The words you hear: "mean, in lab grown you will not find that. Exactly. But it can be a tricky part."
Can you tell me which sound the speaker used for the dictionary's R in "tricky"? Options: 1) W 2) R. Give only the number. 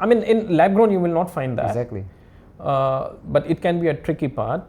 2